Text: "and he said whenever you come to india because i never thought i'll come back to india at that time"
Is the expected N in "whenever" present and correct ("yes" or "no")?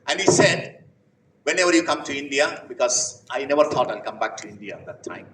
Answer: yes